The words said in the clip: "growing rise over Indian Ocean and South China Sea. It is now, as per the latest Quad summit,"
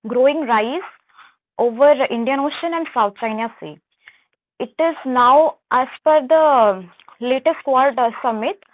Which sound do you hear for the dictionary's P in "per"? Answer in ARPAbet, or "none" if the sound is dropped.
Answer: F